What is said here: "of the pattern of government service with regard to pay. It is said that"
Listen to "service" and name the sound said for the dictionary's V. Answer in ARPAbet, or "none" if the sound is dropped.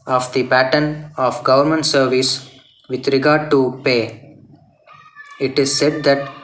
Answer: V